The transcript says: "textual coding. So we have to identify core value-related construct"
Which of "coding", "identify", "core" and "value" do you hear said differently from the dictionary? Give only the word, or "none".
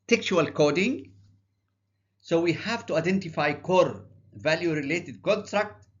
none